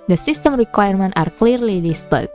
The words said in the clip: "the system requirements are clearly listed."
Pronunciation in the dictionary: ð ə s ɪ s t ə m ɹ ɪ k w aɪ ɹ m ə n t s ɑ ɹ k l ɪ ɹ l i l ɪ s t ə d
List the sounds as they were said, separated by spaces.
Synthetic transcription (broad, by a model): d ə s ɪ s t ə m ɹ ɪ k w aɪ ɹ m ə n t ɑ ɹ k l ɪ ɹ l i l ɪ s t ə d